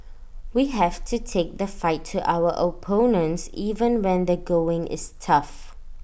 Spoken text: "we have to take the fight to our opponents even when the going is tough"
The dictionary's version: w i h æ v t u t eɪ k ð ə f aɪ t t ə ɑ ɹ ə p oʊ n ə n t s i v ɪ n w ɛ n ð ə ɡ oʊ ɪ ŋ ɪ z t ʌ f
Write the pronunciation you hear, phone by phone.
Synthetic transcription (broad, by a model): w i h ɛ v t u t eɪ k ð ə f aɪ t t ə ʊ w ə p oʊ n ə n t s i v ɪ n w ɛ n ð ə ɡ oʊ ɪ ŋ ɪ s t ʌ f